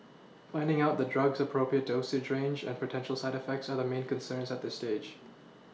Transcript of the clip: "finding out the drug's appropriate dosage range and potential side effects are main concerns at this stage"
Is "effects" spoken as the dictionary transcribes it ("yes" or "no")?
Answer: yes